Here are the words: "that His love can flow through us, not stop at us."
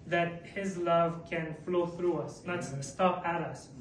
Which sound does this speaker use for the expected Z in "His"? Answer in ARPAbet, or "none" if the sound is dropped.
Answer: Z